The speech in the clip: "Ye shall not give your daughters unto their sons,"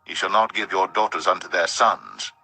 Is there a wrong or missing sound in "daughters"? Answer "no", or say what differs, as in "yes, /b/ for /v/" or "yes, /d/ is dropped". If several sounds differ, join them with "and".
no